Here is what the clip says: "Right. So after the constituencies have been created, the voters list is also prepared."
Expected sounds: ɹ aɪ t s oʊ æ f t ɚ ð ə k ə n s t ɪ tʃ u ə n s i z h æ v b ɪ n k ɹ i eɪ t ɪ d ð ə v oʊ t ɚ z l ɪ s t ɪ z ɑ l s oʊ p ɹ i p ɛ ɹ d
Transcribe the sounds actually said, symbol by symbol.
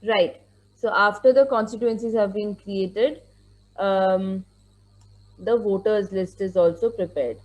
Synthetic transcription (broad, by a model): ɹ aɪ t s oʊ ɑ f t ɚ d ə k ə n s t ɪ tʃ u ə n s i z h æ v b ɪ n k ɹ i eɪ t ɪ d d ə v oʊ t ɚ z l ɪ s t ɪ z ɑ l s oʊ p ɹ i p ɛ ɹ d